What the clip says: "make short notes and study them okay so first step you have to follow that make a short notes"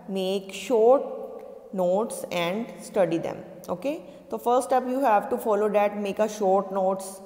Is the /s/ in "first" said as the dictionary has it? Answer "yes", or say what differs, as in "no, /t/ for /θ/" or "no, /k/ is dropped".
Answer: no, /s/ is dropped